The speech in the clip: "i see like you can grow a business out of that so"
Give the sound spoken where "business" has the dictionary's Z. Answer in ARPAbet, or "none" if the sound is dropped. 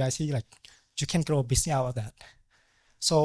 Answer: S